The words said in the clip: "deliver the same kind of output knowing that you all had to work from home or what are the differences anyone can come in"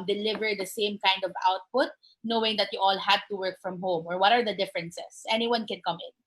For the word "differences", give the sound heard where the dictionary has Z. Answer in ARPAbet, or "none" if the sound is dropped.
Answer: S